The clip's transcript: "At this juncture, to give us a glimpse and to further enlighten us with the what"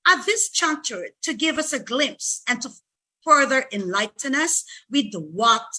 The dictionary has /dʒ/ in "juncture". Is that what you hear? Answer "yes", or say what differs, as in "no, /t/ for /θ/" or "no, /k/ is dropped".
no, /tʃ/ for /dʒ/